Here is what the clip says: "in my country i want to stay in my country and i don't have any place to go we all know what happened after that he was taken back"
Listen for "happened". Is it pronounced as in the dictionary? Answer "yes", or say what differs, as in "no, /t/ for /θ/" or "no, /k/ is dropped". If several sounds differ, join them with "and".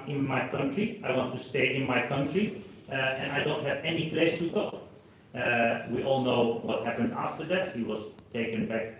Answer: yes